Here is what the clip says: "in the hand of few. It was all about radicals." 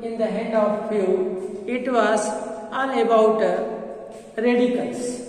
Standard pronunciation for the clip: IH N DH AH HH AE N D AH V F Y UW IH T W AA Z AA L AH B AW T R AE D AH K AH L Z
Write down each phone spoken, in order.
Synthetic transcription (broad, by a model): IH N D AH HH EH D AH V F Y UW IH T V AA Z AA N AH B AW T R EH D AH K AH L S